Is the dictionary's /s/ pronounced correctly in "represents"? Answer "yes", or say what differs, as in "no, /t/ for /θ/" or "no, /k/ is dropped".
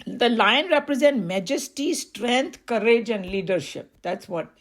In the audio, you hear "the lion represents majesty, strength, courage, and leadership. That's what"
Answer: no, /s/ is dropped